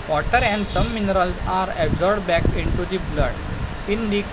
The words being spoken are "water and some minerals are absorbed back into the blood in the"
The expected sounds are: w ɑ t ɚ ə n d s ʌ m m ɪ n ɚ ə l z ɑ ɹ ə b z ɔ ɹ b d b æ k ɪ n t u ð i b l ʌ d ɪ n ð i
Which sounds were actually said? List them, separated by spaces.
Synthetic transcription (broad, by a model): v ɑ t ɚ ə n d s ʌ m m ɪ n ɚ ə l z ɑ ɹ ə b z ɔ ɹ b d b æ k ɪ n t u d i b l ʌ d ɪ n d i